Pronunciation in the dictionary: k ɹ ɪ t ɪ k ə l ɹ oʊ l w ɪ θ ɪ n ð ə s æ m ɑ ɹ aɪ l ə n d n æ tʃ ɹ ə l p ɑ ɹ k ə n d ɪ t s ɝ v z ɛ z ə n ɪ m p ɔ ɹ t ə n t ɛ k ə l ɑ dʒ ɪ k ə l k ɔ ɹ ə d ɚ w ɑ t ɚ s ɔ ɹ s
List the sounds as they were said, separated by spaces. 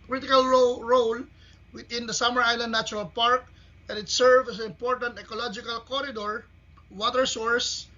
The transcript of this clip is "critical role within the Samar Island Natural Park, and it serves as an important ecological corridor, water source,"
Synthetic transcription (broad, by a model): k ɹ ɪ t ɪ k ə l ɹ oʊ l w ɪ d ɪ n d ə s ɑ m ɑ ɹ aɪ l ə n d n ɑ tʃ ɹ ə l p ɑ ɹ k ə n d ɪ t s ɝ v ɛ s ə n ɪ m p ɔ ɹ t ə n t ɛ k ə l ɑ dʒ ɪ k ə l k ɔ ɹ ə d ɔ w ɑ t ɚ s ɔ ɹ s